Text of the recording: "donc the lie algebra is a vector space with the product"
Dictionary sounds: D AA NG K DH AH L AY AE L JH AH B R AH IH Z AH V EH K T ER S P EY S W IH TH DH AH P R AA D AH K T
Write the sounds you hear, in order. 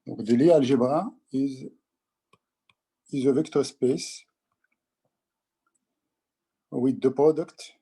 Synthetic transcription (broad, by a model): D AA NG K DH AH L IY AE L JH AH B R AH IH Z AH V EH K T ER S P EY S W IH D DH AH P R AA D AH K T